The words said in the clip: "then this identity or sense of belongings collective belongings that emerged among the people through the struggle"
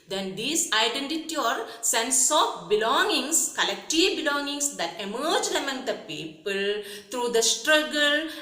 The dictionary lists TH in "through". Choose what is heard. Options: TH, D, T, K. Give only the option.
T